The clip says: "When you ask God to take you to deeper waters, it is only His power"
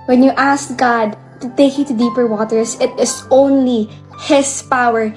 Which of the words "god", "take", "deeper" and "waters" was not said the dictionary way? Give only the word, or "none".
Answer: waters